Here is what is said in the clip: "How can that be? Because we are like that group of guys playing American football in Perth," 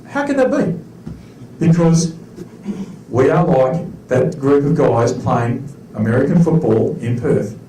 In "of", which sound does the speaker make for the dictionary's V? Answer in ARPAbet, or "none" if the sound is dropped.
V